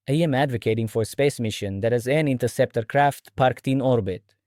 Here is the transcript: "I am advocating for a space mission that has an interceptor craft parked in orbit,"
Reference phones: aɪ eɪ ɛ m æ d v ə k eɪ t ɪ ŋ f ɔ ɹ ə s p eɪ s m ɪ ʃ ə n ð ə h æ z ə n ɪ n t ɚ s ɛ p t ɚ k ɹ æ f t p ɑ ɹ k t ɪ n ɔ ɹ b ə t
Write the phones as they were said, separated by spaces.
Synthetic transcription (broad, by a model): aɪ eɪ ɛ m æ d v ə k eɪ t ɪ ŋ f ɔ ɹ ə s p eɪ s m ɪ ʃ ə n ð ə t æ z ə n ɪ n t ɚ s ɛ p t ɚ k ɹ æ f t p ɑ ɹ k t ɪ n ɔ ɹ b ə t